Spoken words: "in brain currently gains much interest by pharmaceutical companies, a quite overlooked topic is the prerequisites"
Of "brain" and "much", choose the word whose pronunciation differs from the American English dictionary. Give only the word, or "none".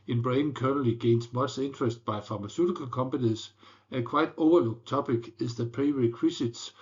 much